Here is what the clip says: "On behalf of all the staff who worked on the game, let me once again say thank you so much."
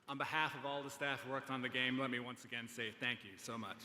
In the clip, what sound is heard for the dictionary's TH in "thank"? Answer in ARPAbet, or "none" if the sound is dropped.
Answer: TH